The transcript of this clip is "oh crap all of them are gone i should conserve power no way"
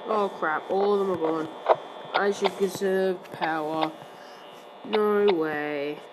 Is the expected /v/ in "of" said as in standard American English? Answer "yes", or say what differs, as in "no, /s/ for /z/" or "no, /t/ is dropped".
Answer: yes